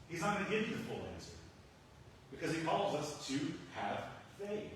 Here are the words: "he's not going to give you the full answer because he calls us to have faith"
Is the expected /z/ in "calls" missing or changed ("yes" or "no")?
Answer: no